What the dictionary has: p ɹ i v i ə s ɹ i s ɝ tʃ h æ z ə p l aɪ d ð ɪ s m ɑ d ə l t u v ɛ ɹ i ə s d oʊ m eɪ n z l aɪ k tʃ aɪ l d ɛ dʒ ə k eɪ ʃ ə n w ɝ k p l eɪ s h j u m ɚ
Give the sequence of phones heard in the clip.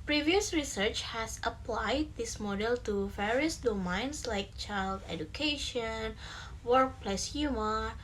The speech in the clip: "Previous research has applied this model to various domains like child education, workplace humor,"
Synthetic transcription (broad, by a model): p ɹ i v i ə s ɹ i s ɝ tʃ h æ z ə p l aɪ d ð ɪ s m ɑ d ə l t u v ɛ ɹ i ə s d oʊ m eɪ n s l aɪ k tʃ aɪ l d ɛ dʒ ə k eɪ ʃ ə n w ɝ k p l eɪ s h j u m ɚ